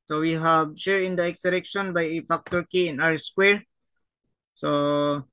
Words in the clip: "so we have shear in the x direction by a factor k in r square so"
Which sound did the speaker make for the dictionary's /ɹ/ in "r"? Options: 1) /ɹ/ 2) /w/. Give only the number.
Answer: 2